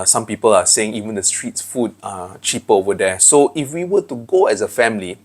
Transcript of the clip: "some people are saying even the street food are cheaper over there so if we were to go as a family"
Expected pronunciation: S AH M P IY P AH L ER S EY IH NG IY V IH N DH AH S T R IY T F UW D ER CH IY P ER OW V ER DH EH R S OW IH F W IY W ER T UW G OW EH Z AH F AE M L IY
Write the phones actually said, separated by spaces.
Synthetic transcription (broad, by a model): S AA M P IY P AH L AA S EY IH NG IY V IH N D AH S T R IY T F UW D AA CH IY P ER OW V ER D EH S OW IH F W IY W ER T UW G OW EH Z AH F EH M L IY